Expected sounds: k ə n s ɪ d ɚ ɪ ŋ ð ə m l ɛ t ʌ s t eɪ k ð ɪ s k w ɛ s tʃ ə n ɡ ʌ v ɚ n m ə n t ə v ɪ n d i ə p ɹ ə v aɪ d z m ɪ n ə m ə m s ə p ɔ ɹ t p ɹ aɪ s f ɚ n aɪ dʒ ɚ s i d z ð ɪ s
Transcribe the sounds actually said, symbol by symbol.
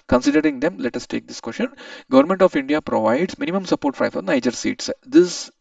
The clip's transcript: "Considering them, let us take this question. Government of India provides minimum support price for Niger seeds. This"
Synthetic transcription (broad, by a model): k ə n s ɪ d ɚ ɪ ŋ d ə m l ɛ t ʌ s t eɪ k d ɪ s k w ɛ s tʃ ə n ɡ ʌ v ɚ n m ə n t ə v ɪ n d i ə p ɹ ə v aɪ d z m ɪ n ə m ə m s ə p ɔ ɹ t f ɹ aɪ f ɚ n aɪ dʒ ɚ s i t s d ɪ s